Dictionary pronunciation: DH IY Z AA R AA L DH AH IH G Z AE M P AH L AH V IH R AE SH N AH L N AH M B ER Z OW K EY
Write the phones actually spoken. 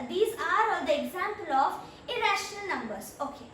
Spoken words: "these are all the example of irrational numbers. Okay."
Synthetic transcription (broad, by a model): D IY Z AA R AA L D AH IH G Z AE M P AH L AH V IH R AE SH N AH L N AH M B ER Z OW K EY